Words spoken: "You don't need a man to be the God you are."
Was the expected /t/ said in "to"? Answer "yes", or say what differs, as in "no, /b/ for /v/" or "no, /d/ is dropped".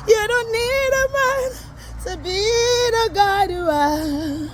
no, /s/ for /t/